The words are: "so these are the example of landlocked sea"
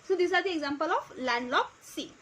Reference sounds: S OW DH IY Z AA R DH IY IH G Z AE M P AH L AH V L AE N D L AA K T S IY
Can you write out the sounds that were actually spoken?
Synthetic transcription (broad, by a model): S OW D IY S AA R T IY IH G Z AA M P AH L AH P L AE N D L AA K S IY